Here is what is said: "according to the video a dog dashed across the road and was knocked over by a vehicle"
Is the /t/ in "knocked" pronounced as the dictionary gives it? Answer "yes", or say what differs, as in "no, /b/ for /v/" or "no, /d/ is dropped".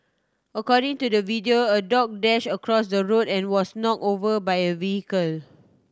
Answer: no, /t/ is dropped